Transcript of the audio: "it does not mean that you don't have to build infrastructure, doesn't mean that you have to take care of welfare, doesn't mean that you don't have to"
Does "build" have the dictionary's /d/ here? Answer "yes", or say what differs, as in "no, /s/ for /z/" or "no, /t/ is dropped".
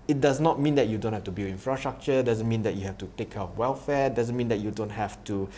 no, /d/ is dropped